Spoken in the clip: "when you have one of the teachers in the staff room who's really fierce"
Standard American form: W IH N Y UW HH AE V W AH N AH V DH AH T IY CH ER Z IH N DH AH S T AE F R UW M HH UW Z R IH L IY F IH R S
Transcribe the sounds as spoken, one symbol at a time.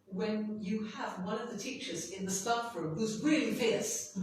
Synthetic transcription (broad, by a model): W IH N Y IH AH V W AH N AH V DH AH T IY CH ER Z IH N DH AH S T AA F R UW M HH UW Z R IH L IY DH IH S